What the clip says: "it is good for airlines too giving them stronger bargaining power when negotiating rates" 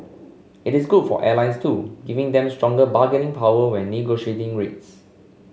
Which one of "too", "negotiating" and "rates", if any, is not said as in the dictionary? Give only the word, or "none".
none